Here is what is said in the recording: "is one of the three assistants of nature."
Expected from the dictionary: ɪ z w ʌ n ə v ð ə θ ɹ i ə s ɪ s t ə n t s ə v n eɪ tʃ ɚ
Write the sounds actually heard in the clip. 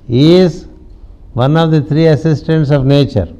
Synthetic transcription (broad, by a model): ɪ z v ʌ n ə v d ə t ɹ i ə s ɪ s t ə n t s ə v n eɪ tʃ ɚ